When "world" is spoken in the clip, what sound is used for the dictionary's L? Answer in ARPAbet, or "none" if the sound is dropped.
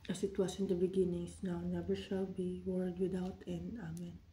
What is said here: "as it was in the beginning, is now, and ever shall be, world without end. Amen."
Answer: none